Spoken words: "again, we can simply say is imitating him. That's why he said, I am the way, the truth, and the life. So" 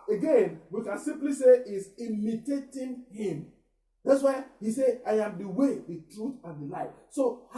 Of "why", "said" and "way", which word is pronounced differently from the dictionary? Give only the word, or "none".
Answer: said